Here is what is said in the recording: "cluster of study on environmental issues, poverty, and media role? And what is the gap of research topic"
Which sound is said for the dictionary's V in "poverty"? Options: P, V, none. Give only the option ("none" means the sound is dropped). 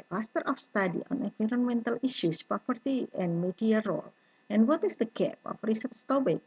P